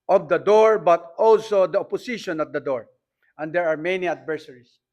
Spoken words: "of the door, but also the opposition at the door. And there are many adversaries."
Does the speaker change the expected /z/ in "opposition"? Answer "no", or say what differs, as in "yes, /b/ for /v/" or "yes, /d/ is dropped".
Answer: yes, /s/ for /z/